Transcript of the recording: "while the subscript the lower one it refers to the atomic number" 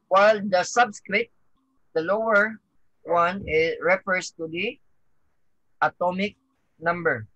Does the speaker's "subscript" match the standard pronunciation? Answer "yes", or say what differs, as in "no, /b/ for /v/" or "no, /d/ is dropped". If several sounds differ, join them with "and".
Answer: no, /p/ is dropped